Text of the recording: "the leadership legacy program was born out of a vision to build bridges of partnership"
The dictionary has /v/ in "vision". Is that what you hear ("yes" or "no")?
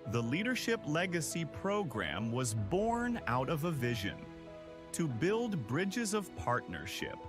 yes